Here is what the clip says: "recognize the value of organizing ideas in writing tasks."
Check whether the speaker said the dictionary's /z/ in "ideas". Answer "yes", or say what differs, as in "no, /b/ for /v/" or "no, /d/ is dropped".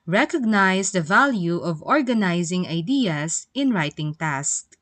no, /s/ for /z/